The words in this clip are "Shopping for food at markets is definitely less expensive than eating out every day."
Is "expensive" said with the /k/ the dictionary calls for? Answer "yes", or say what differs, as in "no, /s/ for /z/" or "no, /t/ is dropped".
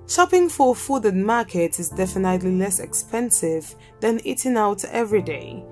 yes